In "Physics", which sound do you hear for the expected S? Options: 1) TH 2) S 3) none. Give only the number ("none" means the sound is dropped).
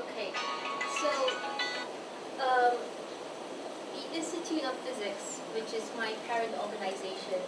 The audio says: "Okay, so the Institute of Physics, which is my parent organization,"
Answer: 2